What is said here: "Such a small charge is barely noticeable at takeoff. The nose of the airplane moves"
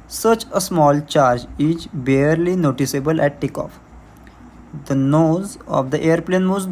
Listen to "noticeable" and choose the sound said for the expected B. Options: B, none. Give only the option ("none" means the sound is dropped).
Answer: B